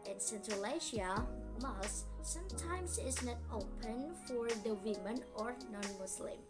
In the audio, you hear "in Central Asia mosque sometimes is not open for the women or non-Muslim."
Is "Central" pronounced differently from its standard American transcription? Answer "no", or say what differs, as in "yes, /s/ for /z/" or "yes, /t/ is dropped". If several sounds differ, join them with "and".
no